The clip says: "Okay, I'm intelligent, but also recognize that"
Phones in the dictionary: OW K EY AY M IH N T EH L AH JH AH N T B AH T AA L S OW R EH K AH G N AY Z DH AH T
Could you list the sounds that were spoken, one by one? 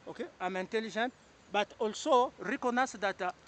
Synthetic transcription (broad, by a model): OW K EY AY M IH N T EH L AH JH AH N T B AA T AA L S OW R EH K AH N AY S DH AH T